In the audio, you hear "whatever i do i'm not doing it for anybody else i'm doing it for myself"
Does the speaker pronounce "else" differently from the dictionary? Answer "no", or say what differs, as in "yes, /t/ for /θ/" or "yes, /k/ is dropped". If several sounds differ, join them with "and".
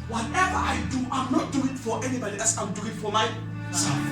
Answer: yes, /l/ is dropped